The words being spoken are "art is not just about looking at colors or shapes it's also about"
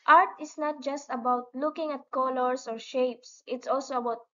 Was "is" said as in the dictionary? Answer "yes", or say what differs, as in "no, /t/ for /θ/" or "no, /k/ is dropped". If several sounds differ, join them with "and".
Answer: no, /s/ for /z/